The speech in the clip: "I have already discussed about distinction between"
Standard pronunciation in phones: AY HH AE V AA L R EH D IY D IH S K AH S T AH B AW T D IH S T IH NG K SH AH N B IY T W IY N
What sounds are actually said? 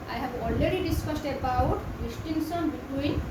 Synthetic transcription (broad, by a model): AY HH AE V AA L R EH D IY D IH S K AH S T AH B AW T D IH S T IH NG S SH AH N B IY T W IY N